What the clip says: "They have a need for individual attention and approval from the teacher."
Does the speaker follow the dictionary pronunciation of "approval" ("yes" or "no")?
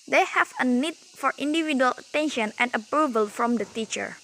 yes